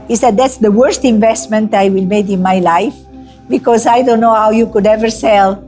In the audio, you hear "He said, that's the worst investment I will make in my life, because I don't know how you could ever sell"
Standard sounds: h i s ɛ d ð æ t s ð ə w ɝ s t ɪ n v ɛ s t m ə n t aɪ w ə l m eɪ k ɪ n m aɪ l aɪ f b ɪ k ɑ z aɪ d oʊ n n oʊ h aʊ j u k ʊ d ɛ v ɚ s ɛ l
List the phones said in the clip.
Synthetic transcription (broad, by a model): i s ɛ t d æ t s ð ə w ɝ s t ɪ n v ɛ s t m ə n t aɪ w ə l m eɪ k ɪ n m aɪ l aɪ f b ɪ k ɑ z aɪ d oʊ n n oʊ h aʊ j u k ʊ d ɛ v ɚ s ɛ l